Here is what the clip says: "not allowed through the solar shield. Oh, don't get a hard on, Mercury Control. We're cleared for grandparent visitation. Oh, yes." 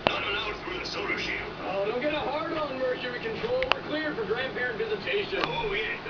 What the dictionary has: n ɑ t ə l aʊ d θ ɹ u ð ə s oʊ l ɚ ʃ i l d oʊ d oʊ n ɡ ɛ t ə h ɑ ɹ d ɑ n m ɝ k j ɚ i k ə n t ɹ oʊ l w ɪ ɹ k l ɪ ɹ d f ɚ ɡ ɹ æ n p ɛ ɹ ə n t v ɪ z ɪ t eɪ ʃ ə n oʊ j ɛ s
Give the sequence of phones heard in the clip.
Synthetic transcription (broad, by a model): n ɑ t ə n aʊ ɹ θ ɹ u ð ə s oʊ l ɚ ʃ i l oʊ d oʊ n ɡ ɛ t ə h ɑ ɹ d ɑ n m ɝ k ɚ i k ə n t ɹ oʊ l w ɪ ɹ k l ɪ ɹ d f ɚ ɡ ɹ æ n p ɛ ɹ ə n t v ɪ z ɪ t eɪ ʃ ə n oʊ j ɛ